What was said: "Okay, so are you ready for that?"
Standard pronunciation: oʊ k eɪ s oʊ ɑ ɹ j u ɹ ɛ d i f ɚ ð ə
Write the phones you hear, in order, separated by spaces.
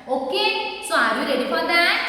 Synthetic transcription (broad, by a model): oʊ k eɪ s oʊ ɑ ɹ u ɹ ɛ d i p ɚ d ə